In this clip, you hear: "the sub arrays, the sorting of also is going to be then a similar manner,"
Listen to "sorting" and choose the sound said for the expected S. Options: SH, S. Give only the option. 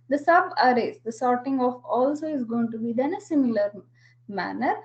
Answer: S